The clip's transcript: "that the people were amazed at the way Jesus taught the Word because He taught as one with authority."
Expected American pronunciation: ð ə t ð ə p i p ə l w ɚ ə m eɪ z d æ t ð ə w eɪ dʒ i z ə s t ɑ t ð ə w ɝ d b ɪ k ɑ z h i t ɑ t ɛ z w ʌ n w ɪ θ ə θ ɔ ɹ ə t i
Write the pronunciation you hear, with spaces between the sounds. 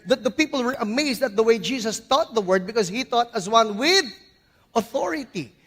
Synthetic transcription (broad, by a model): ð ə t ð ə p i p ə l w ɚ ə m eɪ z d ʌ t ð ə w eɪ dʒ i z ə s t ɑ t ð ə w ɝ d b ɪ k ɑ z h i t ɑ t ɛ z w ʌ n w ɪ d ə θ ɔ ɹ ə t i